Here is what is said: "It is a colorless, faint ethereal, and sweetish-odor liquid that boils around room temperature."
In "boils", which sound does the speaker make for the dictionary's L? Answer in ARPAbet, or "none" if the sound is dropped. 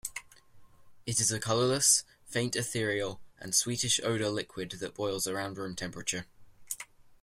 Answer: L